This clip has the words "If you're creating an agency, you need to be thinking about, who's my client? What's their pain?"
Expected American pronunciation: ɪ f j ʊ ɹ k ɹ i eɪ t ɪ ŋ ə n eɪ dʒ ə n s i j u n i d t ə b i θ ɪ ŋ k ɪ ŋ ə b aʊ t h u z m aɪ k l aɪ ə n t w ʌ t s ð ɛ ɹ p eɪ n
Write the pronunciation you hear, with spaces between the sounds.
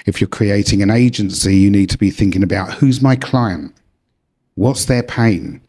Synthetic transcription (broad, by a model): ɪ f j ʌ ɹ k ɹ i eɪ t ɪ ŋ ə n eɪ dʒ ə n s i j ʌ n i d t ə b i θ ɪ ŋ k ɪ ŋ ə b aʊ t h u z m aɪ k l aɪ ə n t w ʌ t s ð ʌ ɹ p eɪ n